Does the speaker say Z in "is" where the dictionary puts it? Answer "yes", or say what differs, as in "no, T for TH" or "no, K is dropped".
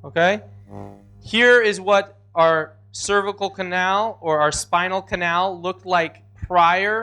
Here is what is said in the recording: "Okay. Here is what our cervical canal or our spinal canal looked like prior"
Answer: yes